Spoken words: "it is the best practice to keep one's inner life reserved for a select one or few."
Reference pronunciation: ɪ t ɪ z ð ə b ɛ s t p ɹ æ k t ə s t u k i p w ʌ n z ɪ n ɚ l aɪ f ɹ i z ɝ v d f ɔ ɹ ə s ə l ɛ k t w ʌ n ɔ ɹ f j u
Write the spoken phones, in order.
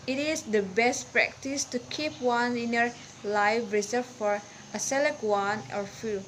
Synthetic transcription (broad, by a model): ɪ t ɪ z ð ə b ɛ s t p ɹ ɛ k t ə s t u k i p w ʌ n ɪ n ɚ l aɪ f ɹ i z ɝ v f ɔ ɹ ə s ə l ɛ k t w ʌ n ɔ ɹ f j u